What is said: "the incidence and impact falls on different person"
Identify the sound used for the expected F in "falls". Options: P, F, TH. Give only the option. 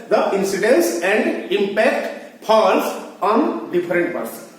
P